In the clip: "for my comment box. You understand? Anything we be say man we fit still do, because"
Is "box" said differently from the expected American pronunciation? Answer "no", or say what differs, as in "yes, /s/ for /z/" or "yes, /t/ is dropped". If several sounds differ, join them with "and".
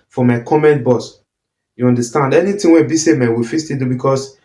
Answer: yes, /k/ is dropped